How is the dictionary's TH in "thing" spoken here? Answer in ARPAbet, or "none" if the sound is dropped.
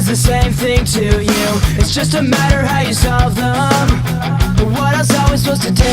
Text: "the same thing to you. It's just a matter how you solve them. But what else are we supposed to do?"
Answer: TH